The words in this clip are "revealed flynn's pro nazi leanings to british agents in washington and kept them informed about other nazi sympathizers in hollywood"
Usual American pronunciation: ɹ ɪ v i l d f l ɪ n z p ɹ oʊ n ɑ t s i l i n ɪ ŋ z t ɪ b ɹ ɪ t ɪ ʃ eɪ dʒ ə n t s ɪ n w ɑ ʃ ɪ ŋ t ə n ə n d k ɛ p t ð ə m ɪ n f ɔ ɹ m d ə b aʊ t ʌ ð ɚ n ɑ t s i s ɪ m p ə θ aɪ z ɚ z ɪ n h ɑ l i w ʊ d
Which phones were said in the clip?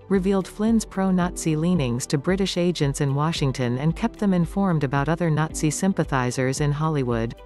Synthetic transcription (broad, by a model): ɹ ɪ v i l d f l ɪ n z p ɹ oʊ n ɑ t s i l i n ɪ ŋ z t ɪ b ɹ ɪ t ɪ ʃ eɪ dʒ ə n t s ɪ n w ɑ ʃ ɪ ŋ t ə n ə n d k ɛ p t ð ə m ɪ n f ɔ ɹ m d ə b aʊ t ʌ ð ɚ n ɑ t s i s ɪ m p ə θ aɪ z ɚ z ɪ n h ɑ l i w ʊ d